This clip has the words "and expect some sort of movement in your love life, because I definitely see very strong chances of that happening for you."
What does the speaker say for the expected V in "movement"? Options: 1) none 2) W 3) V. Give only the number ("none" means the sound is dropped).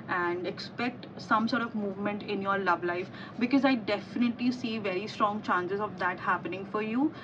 3